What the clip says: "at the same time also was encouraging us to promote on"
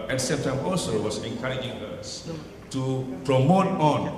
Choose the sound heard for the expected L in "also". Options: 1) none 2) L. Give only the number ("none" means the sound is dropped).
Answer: 2